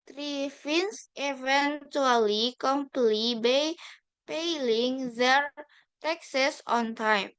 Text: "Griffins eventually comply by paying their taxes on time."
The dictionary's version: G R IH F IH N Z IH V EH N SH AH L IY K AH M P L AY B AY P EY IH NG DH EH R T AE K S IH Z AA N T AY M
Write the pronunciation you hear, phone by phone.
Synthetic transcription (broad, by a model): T R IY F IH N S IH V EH N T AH L IY K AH M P L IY B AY P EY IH NG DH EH R T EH K S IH S AA N T AY M